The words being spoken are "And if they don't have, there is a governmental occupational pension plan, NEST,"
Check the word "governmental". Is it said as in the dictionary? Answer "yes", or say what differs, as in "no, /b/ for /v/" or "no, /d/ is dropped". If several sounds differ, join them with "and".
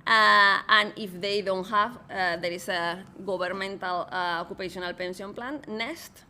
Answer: no, /b/ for /v/